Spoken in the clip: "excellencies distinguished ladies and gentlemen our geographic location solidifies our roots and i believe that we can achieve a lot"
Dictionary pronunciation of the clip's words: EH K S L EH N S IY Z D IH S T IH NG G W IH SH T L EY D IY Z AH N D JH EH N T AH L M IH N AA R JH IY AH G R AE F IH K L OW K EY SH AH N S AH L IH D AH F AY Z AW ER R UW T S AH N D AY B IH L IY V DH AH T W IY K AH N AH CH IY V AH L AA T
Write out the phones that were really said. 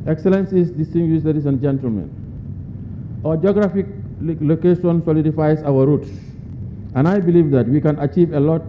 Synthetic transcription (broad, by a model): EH K S L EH N S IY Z D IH S T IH NG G W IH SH L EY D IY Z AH N JH EH N T AH L M IH N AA JH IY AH G R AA F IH K L OW K EY SH AH N S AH L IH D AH F AY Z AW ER R UW T S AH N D AY B IH L IY V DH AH T W IY K AH N AH CH IY V AH L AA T